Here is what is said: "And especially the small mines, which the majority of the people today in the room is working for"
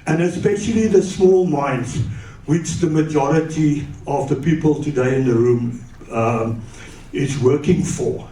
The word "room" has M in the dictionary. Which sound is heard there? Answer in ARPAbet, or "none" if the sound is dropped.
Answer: M